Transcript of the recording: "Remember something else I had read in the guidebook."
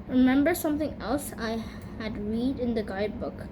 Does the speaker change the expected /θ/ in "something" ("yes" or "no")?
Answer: yes